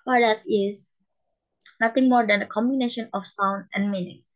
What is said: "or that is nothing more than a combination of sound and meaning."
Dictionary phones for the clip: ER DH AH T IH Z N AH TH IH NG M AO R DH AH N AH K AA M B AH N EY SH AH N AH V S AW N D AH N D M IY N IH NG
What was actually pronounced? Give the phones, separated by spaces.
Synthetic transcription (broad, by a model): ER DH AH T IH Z N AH T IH NG M AO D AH N AH K AA M B AH N EY SH AH N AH F S AW N D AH N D M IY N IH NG